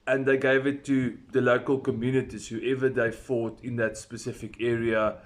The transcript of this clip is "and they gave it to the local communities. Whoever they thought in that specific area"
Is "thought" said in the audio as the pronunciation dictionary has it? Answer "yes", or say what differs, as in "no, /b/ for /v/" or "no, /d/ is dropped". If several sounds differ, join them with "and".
no, /f/ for /θ/